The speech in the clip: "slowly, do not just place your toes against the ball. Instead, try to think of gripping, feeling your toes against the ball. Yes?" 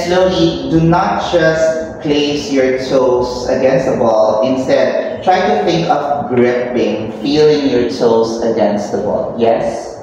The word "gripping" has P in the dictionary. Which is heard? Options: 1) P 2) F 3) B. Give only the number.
3